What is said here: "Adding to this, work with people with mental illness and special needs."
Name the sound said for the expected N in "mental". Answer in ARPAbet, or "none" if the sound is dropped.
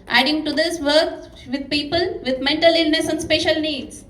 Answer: N